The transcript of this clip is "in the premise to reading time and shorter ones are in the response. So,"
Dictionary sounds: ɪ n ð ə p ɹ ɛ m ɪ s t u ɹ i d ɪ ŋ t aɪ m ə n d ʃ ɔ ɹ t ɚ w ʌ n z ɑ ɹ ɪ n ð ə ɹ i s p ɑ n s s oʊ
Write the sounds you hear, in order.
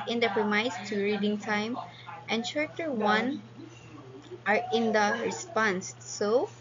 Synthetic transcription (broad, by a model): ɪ n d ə p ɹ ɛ m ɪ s t u ɹ i d ɪ ŋ t aɪ m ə n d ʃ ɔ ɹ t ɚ w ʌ n ɑ ɹ ɪ n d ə ɹ i s p ɑ n s s oʊ